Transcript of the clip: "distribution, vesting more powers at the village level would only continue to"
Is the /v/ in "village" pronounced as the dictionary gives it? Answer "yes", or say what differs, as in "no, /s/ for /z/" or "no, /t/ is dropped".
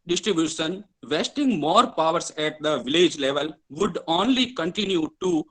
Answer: yes